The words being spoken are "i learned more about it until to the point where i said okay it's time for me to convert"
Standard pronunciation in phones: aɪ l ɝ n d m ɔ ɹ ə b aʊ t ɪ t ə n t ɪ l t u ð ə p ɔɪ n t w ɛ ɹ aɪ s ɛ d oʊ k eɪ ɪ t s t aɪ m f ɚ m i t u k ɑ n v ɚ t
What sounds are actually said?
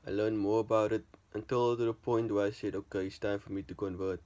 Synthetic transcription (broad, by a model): aɪ l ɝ n m ɔ ɹ ə b aʊ t ɪ t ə n t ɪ l t u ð ə p ɔɪ n t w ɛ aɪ s ɛ d oʊ k eɪ ɪ t s t aɪ m f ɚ m i t u k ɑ n v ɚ t